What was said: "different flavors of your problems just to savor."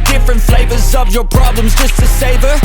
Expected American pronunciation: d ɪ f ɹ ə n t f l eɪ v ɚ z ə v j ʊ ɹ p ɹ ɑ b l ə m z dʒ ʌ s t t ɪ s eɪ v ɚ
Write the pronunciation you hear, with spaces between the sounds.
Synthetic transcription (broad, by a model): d ɪ f ɹ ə n t f l eɪ v ɚ z ə v j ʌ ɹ p ɹ ɑ b l ə m z dʒ ʌ s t t ɪ s eɪ v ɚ